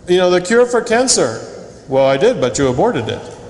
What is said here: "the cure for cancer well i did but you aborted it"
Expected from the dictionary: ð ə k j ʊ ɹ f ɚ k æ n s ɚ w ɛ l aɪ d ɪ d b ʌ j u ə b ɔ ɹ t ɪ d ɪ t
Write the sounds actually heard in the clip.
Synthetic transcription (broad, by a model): ð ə k j ʊ ɹ f ɚ k æ n s ɚ w ɛ l aɪ d ɪ d b ʌ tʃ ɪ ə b ɔ ɹ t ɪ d ɪ t